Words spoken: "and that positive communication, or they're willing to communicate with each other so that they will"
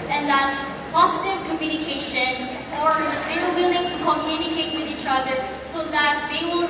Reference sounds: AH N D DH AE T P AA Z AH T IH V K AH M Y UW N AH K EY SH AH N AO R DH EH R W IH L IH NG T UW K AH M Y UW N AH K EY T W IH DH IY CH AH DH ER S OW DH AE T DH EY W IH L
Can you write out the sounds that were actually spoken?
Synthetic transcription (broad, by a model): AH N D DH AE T P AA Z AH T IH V K AH M Y UW N AH K EY SH AH N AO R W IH L W IH L IH NG T UW K AH M Y UW N AH K EY T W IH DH IY CH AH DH ER S OW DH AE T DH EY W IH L